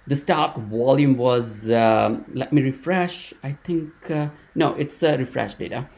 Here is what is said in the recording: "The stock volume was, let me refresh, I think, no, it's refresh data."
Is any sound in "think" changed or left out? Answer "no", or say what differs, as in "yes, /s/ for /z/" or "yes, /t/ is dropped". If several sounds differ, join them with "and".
yes, /t/ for /θ/